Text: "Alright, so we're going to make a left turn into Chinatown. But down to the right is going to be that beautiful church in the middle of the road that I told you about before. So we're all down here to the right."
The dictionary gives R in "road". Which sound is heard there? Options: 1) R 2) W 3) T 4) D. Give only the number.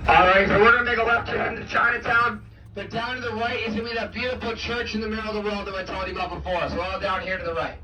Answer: 2